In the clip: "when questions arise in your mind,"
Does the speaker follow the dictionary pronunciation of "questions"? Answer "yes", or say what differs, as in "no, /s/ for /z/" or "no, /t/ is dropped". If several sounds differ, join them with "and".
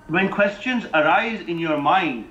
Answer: yes